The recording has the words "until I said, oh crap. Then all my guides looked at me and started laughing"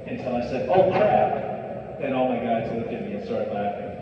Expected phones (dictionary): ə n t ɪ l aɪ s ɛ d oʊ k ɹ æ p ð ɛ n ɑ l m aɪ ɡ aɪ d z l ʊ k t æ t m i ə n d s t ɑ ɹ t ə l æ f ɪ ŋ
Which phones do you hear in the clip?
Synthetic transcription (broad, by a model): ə n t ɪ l aɪ s ɛ d oʊ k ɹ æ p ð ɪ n ɑ l m aɪ ɡ aɪ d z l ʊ k ɪ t m i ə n s t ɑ ɹ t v l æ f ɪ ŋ